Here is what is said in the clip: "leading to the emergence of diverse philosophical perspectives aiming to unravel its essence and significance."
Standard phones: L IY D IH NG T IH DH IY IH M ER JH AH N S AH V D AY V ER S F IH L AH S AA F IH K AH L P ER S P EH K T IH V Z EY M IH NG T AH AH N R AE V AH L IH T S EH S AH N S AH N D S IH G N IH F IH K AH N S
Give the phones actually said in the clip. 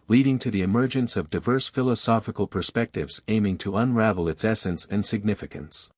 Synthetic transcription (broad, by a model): L IY D IH NG T IH DH IY IH M ER JH AH N S AH V D AY V ER S F IH L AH S AA F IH K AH L P ER S P EH K T IH V Z EY M IH NG T AH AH N R AE V L IH T S EH S AH N S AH N S IH G N IH F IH K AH N S